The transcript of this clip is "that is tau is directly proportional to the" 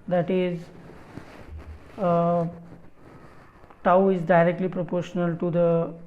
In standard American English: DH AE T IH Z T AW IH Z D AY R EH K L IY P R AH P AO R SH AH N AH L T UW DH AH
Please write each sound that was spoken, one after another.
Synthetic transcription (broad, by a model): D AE T IH Z T AW IH Z D AY R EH K L IY P R AH P AO R SH AH N AH L T UW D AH